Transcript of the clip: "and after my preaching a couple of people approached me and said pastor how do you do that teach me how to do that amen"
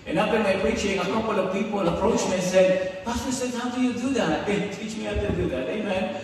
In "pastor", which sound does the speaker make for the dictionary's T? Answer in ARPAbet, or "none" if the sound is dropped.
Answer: S